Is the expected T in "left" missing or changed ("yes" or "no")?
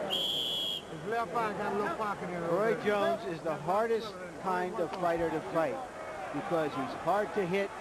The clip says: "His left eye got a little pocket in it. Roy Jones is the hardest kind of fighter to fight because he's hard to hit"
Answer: yes